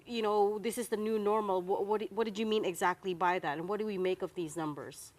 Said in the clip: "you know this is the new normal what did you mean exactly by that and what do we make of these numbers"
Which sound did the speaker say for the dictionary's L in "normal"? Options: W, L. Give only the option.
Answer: W